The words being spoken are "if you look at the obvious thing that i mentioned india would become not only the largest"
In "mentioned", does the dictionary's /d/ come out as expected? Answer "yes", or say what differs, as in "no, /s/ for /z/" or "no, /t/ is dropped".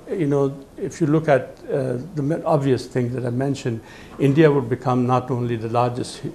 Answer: yes